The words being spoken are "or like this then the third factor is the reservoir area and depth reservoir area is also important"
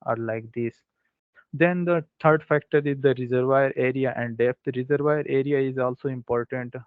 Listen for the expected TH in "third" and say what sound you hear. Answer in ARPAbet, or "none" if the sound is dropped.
T